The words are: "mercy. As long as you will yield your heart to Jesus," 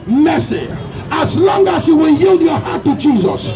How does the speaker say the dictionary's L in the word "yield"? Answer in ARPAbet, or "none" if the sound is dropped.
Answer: L